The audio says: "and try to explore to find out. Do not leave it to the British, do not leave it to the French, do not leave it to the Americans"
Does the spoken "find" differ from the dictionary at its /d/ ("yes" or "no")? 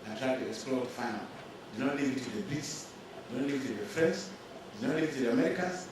yes